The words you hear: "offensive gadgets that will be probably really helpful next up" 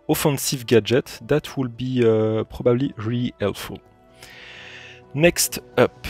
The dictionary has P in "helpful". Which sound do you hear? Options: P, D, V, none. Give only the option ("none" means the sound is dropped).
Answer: none